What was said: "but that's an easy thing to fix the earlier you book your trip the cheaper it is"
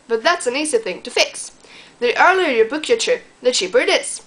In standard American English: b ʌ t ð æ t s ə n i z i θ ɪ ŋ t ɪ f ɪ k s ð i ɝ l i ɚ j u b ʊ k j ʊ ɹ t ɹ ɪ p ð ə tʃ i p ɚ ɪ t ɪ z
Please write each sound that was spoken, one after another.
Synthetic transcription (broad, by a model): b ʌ t ð æ t s ə n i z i θ ɪ ŋ t ɪ f ɪ k s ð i ɝ l i ɚ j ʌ b ʊ k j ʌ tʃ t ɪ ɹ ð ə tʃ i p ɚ ɪ t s